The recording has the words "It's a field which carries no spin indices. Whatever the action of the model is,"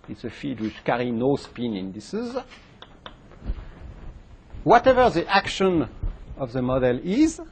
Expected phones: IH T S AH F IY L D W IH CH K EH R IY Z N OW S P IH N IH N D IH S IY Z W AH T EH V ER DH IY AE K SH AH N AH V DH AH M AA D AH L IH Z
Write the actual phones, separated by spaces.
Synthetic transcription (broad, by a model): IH T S AH F IY D W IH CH K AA R IY N OW S P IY N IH N D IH S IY Z W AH T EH V ER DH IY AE K SH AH N AH V DH AH M AA D AH L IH Z